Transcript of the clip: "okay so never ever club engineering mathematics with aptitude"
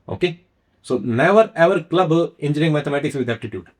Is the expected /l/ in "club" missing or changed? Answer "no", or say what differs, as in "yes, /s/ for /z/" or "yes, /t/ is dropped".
no